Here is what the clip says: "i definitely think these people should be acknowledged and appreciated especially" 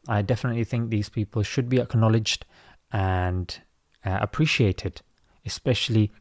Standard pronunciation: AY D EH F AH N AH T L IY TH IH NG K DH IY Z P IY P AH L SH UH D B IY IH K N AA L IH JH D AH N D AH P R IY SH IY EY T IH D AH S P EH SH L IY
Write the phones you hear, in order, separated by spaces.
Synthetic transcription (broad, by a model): AY D EH F AH N AH T L IY TH IH NG K DH IY Z P IY P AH L SH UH D B IY IH K N AA L IH JH D AH N D AH P R IY SH IY EY T IH D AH S P EH SH L IY